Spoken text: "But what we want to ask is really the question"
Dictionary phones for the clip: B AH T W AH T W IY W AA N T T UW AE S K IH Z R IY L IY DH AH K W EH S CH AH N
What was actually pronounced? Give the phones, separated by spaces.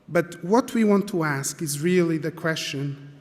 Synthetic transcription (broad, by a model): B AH T W AH T W IY W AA N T T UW AE S K IH Z R IY L IY DH AH K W EH S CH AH N